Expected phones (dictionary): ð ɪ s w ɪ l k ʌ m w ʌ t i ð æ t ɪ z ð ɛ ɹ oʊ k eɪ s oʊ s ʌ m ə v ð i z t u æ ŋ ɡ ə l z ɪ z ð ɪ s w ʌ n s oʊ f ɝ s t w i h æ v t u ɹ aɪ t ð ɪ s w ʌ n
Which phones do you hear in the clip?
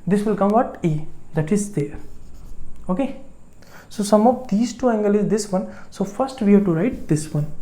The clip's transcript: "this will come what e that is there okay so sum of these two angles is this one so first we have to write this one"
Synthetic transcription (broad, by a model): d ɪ s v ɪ l k ʌ m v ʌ t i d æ t ɪ z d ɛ ɹ oʊ k eɪ s oʊ s ʌ m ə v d i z t u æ ŋ ɡ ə l ɪ z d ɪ s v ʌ n s oʊ f ɝ s t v i h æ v t u ɹ aɪ t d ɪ s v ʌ n